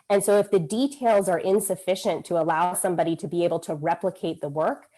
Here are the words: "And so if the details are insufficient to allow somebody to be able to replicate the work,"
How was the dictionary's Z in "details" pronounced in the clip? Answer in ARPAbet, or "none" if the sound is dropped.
Z